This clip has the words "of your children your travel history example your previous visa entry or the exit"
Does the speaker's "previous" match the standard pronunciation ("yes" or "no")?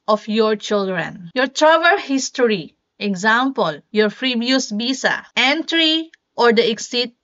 no